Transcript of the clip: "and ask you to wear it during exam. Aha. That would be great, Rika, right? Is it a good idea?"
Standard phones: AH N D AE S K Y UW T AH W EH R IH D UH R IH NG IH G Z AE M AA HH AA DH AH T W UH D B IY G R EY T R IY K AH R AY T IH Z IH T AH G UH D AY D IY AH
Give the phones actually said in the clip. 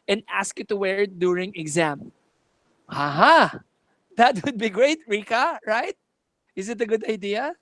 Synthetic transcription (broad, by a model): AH N D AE S K Y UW T AH W EH R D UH R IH NG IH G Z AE M AA HH AA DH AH T W UH D B IY G R EY T R IY K AH R AY T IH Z IH T AH G UH D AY D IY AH